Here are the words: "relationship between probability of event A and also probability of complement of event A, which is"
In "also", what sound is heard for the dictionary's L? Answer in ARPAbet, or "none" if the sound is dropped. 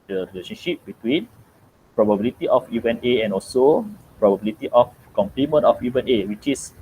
L